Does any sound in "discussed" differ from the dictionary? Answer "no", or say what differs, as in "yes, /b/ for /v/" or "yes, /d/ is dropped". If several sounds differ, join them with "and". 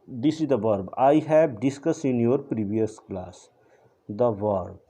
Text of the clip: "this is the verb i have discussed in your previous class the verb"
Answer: yes, /t/ is dropped